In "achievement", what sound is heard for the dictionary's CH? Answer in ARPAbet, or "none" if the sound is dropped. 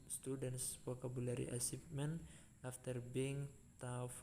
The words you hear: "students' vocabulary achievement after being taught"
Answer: S